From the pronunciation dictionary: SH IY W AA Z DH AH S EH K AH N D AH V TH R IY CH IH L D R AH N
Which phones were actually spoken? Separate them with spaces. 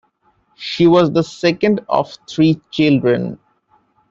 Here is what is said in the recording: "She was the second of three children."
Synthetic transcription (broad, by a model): SH IY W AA Z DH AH S EH K AH N D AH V T R IY CH IH L D R AH N